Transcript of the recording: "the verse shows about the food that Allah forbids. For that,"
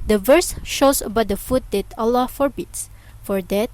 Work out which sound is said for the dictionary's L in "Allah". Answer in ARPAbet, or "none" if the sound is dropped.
L